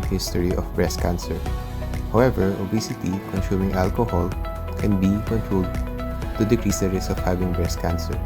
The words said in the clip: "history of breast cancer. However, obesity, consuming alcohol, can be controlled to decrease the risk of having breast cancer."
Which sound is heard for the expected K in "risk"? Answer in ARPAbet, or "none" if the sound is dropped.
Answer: none